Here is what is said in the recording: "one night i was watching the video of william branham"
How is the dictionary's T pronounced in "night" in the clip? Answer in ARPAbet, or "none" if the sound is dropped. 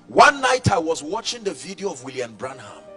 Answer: T